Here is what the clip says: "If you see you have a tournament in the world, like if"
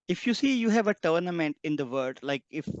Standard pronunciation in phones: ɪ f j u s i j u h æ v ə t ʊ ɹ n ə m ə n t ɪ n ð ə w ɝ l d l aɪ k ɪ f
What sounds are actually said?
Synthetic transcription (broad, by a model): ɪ f j u s i j u h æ v ə t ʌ ɹ n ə m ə n t ɪ n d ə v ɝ d l aɪ k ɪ f